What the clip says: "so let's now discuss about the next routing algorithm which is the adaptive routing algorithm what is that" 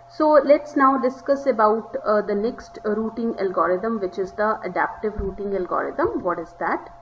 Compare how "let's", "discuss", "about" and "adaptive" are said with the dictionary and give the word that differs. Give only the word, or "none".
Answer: none